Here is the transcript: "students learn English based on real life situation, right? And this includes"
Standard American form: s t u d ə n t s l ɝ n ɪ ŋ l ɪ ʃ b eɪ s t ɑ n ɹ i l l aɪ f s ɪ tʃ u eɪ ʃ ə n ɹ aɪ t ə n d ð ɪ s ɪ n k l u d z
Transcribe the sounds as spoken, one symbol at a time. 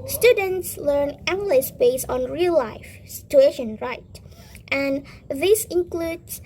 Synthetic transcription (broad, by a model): s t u d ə n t s l ɝ n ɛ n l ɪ s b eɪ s ɑ n ɹ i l l aɪ f s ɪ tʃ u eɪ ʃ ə n ɹ aɪ t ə n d ð ɪ s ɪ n k l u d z